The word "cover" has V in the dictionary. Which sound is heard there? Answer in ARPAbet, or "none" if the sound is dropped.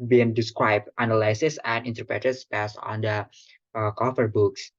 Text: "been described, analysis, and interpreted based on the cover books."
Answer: F